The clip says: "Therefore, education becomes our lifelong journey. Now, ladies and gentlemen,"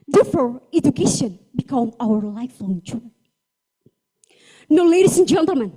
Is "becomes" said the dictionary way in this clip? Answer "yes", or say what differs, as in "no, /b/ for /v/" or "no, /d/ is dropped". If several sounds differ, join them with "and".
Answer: no, /z/ is dropped